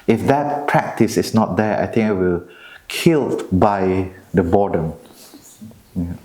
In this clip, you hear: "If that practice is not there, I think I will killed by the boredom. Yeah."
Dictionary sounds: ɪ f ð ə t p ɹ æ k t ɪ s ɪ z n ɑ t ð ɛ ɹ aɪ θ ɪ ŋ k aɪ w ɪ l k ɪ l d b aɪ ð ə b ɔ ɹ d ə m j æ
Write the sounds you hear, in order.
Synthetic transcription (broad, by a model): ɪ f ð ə t p ɹ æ k t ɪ s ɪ s n ɑ t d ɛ aɪ t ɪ ŋ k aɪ w ɪ l k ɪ l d b aɪ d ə b ɔ d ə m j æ